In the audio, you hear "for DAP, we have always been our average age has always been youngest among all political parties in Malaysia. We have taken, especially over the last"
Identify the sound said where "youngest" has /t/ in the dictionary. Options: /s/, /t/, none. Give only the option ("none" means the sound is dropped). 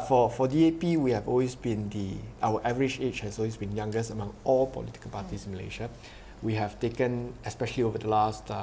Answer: none